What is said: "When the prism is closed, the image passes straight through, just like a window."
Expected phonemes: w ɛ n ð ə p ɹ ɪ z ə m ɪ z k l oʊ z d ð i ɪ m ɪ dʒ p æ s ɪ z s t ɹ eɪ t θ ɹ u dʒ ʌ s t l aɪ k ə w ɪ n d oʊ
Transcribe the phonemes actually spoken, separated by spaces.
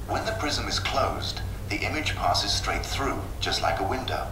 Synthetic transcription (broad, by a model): w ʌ n ð ə p ɹ ɪ z ə m ɪ z k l oʊ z ð i ɪ m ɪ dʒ p æ s ɪ z s t ɹ eɪ t θ ɹ u dʒ ʌ s t l aɪ k ə w ɪ n d oʊ